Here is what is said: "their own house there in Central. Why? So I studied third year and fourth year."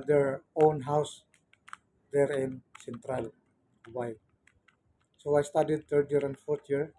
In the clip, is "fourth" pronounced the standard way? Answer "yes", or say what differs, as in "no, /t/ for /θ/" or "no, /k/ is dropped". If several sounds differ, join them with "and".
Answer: no, /t/ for /θ/